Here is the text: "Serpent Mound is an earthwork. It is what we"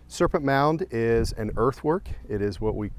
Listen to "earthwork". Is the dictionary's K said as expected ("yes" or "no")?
yes